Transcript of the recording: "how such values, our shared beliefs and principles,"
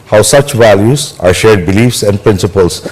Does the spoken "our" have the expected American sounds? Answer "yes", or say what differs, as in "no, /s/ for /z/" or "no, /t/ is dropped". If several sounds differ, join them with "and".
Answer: yes